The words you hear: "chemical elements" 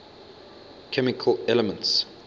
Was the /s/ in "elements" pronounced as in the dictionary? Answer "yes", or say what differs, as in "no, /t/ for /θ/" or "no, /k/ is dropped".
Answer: yes